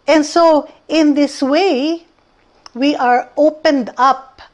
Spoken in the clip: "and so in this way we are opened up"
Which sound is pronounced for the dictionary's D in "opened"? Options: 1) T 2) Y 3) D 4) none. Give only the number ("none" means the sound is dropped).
3